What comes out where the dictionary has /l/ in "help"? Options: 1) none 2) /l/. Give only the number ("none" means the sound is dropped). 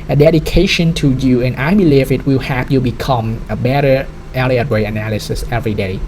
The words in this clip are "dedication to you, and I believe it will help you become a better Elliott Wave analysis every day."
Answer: 1